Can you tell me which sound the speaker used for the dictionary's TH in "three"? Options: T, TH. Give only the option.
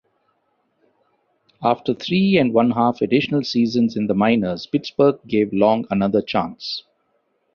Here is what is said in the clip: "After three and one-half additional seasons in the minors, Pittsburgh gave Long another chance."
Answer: T